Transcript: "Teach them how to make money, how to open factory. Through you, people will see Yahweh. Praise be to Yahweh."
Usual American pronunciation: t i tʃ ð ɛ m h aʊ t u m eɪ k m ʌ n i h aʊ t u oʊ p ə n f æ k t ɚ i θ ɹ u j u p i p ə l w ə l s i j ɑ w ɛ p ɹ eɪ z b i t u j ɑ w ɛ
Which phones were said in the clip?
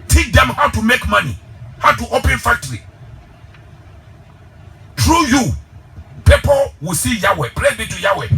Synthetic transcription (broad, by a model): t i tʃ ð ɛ m h aʊ t u m eɪ k m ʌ n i h aʊ t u oʊ p ə n f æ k t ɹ i t ɹ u j u p i p ə l w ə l s i j ɑ w ɛ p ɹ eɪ b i t u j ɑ w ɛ